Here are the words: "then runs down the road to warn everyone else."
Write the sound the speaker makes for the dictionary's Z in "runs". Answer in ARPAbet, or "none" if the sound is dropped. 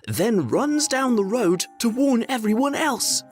Z